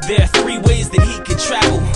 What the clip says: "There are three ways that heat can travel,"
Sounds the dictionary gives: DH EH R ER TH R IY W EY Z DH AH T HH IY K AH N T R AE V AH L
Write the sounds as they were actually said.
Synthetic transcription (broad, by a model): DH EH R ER TH R IY W EY Z DH AH T HH IY K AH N T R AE V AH L